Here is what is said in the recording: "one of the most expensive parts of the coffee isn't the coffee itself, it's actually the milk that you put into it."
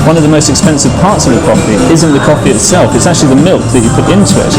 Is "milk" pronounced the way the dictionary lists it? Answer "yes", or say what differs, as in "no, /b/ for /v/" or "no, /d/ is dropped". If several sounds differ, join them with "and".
yes